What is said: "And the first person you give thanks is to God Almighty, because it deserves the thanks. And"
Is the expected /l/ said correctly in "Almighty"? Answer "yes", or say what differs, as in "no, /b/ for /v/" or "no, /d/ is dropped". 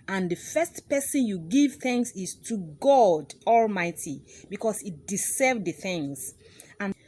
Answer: yes